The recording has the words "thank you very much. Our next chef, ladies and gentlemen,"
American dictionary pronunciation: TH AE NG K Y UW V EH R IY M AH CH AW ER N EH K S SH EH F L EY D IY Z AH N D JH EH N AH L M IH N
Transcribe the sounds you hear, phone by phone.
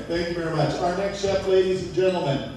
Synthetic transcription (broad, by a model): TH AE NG K Y UW V EH R IY M AH CH AW ER N EH K S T EH P L EY D IY Z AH N JH EH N L M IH N